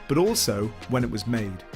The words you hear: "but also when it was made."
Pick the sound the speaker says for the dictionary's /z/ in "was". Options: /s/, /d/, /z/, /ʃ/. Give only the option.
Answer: /z/